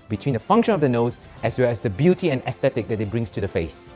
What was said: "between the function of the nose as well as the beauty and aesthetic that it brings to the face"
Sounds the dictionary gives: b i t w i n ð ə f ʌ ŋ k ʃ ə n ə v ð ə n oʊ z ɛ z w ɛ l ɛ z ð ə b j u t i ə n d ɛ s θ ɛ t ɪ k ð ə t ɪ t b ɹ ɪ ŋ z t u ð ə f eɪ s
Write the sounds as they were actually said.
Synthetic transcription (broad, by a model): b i t w i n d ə f ʌ ŋ k ʃ ə n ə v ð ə n oʊ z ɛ s w ɛ l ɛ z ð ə b j u t i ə n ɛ s t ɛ t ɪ k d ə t ɪ t b ɹ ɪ ŋ s t u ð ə f eɪ s